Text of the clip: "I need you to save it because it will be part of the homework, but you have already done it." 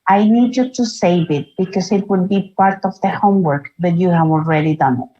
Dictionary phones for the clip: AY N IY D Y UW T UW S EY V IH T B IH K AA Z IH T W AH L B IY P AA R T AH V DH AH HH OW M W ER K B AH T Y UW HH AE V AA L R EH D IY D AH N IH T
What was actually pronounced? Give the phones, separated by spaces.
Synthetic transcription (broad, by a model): AY N IY D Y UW T UW S EY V IH T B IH K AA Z IH T W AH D B IY P AA R T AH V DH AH HH OW M W ER K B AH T Y UW HH AE V AA L R EH D IY D AH N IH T